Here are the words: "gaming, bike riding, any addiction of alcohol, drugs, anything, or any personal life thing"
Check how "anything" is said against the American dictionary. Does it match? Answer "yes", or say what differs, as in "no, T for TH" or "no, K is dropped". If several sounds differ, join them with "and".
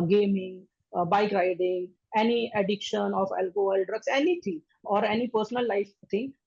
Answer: no, T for TH